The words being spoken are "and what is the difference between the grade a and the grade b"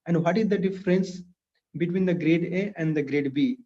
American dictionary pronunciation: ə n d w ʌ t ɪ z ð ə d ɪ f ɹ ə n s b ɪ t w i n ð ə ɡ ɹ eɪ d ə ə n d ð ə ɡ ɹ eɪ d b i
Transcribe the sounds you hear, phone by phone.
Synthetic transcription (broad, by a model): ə n d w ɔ t ɪ z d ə d ɪ f ɹ ə n s b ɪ t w i n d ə ɡ ɹ eɪ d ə ə n d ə ɡ ɹ eɪ d b i